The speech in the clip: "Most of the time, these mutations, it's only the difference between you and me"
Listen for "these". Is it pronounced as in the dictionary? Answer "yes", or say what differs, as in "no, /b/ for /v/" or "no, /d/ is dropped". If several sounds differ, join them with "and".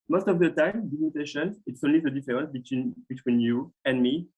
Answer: no, /z/ is dropped